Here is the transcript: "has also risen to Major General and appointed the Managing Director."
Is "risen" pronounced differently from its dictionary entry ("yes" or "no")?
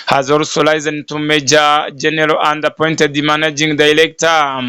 yes